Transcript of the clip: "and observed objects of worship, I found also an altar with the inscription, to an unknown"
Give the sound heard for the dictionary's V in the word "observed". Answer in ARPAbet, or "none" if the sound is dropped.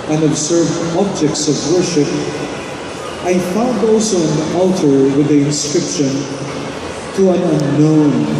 V